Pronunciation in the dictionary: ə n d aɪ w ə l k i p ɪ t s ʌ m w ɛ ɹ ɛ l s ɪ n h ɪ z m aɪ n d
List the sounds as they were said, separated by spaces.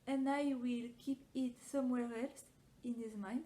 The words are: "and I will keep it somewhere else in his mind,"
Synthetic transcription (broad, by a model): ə n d aɪ w ə l k i p ɪ t s ʌ m w ɛ ɹ ɛ l s ɪ n h ɪ z m aɪ n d